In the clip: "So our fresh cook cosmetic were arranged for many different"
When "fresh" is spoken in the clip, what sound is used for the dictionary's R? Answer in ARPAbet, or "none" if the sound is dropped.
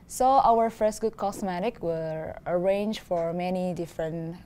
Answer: none